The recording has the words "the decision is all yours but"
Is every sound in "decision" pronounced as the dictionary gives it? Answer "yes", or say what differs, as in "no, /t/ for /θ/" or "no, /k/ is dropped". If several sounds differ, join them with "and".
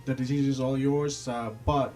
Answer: no, /z/ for /ʒ/